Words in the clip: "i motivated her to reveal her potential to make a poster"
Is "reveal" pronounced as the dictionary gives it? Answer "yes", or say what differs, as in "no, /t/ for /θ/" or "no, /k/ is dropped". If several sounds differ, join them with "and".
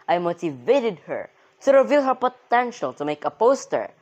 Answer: yes